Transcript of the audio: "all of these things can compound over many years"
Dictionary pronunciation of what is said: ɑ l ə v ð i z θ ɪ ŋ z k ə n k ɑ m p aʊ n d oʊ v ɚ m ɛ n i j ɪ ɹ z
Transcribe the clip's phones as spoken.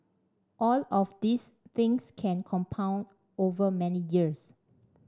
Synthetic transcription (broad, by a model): ɑ l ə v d i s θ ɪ ŋ s k ə n k ɑ m p aʊ n d oʊ v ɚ m ɛ n i j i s